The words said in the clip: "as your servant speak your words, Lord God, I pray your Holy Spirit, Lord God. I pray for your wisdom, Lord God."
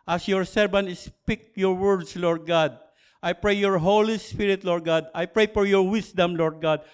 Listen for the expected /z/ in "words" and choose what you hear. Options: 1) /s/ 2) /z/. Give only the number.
1